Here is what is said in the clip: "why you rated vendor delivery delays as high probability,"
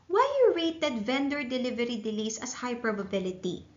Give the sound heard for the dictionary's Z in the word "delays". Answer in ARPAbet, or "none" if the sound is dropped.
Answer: S